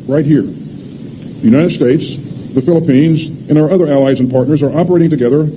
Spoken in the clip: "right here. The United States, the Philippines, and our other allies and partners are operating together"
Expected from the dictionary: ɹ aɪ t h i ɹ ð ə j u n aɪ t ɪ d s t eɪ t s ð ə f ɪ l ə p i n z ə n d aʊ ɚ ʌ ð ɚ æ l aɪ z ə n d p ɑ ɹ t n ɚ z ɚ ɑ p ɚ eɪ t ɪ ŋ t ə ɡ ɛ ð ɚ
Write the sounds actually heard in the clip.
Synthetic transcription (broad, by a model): ɹ aɪ t h i ɹ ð j u n aɪ t ɪ d s t eɪ t s ð ə f ɪ l ə p i n z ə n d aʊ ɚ ʌ ð ɚ æ l aɪ z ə n p ɑ ɹ t n ɚ z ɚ ɑ p ɚ eɪ t ɪ ŋ t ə ɡ ɛ ð ɚ